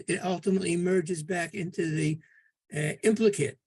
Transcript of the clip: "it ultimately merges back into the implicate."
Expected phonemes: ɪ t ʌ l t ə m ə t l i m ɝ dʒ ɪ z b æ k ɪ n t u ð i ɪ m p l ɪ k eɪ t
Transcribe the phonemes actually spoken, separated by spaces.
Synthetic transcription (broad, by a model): ɪ t ʌ l t ə m ə t l i m ɝ dʒ ɪ z b æ k ɪ n t u ð i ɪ m p l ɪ k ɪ t